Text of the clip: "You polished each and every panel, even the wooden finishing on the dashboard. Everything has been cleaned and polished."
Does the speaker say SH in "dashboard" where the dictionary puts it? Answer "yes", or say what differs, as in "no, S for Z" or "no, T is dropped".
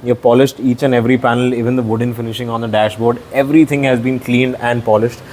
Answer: yes